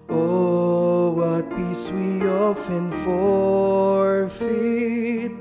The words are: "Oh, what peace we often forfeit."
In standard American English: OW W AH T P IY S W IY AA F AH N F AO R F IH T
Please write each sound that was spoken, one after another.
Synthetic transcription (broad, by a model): OW W AH T B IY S W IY AA F AH N F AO R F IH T